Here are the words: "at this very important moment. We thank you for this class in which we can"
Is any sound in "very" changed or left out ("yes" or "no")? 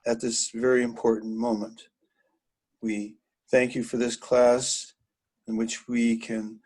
no